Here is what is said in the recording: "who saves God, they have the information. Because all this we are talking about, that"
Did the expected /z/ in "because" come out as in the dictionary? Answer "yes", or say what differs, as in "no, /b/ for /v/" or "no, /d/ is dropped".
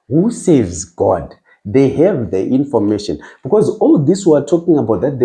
yes